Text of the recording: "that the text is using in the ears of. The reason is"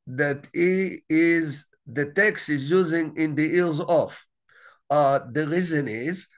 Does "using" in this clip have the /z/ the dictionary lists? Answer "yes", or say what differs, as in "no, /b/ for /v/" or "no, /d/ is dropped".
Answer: yes